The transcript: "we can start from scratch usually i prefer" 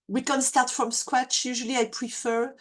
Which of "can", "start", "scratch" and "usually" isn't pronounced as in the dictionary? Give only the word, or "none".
scratch